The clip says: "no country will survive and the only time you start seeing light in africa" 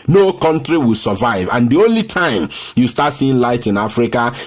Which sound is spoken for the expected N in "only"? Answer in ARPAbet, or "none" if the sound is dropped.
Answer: N